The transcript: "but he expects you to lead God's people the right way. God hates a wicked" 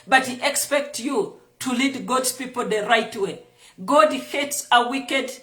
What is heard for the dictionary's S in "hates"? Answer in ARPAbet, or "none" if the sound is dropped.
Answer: S